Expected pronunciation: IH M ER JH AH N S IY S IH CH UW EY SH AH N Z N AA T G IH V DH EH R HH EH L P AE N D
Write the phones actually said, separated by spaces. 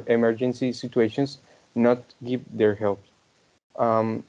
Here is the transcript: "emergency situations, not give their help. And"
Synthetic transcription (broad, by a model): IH M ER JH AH N S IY S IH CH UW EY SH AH N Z N AA T G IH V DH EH R HH EH L P